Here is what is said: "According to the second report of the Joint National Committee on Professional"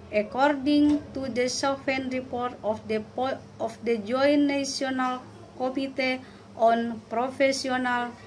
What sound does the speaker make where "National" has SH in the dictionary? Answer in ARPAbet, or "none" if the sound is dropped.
none